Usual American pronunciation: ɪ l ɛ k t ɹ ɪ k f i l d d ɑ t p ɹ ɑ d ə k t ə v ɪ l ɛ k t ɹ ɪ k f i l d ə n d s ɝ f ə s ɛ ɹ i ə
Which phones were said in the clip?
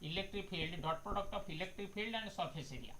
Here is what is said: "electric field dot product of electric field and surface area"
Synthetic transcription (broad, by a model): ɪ l ɛ k t ɹ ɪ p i l d d ɑ t p ɹ ɑ d ə k t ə p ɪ l ɛ k t ɹ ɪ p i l d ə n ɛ s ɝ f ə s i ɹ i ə